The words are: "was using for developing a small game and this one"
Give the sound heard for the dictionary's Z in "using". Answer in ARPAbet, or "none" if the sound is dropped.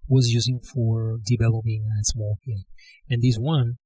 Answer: Z